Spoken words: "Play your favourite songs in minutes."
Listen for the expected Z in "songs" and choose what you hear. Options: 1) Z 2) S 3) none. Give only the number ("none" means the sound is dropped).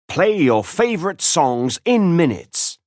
1